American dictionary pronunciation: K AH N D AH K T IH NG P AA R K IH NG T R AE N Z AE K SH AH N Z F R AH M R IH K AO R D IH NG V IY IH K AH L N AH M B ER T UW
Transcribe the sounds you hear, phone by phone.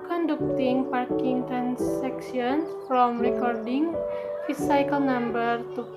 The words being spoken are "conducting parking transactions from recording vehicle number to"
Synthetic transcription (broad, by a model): K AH N D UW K T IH NG P AA R K IH NG T R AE N S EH K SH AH N S F R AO M R IH K AO R D IH NG F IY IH K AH L N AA M B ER T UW